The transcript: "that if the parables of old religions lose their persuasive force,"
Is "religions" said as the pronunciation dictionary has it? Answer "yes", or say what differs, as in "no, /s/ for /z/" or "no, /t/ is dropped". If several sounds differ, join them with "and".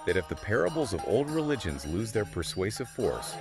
yes